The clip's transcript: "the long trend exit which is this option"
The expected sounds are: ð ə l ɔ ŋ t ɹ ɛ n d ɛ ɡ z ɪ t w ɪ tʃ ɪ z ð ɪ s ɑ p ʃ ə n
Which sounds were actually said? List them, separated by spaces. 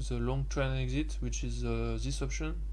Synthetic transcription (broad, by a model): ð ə l ɔ ŋ t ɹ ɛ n ɛ ɡ z ɪ t w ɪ tʃ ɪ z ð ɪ s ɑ p ʃ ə n